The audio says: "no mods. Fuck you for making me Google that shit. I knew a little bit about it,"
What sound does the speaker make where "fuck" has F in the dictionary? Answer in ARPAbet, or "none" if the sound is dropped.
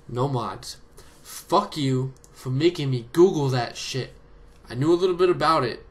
F